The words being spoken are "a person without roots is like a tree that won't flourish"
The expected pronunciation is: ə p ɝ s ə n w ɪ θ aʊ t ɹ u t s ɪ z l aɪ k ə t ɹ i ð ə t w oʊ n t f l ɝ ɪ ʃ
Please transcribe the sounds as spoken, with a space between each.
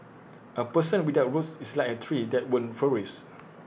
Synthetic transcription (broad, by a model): ə p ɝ s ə n w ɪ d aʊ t ɹ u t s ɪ s l aɪ k ə t ɹ i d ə t w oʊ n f ɝ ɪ s